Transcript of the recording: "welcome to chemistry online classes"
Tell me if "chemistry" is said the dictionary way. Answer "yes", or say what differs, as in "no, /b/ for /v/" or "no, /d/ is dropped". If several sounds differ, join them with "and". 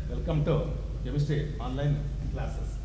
no, /ɹ/ is dropped